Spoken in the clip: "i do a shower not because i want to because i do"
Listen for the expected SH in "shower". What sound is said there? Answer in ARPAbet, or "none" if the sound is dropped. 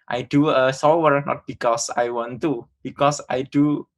S